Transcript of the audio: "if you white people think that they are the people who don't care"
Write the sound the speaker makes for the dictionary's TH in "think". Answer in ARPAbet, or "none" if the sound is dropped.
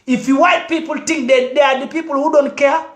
T